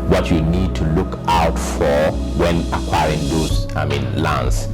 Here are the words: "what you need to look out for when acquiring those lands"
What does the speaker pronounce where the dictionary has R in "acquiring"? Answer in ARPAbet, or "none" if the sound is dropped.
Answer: R